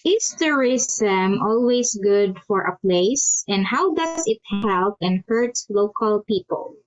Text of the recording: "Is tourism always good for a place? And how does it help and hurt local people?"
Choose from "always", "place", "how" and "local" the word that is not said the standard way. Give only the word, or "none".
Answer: always